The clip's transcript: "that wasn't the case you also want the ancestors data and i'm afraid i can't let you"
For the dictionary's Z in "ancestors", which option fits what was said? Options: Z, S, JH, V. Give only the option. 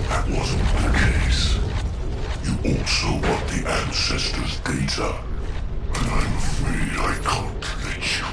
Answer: Z